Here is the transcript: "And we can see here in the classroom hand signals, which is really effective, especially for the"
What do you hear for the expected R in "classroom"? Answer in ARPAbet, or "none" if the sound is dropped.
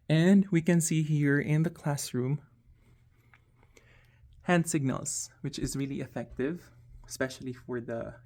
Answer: R